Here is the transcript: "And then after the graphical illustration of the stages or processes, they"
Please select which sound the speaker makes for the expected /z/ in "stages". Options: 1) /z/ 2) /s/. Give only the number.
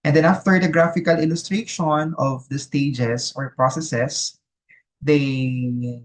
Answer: 2